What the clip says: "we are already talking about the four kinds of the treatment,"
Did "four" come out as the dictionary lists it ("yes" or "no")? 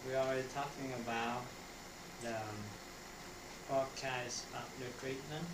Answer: no